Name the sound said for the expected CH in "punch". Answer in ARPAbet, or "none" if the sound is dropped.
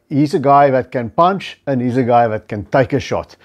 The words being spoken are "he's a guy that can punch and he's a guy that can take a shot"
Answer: CH